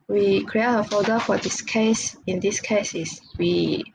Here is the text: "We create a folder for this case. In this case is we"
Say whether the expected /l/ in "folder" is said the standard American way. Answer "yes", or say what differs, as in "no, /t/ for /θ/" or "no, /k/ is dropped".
no, /l/ is dropped